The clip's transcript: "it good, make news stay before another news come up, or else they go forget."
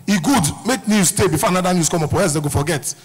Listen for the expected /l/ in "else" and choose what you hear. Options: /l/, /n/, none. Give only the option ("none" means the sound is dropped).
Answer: none